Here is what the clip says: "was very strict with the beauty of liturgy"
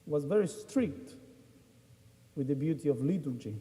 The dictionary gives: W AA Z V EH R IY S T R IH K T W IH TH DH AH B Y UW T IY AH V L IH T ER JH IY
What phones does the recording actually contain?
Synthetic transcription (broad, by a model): W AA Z V EH R IY S T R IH K T W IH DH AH B Y UW T IY AH V L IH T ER JH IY